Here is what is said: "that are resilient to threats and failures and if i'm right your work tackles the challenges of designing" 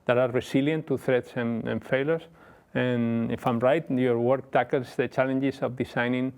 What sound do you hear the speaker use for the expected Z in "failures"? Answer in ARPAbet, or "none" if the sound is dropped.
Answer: S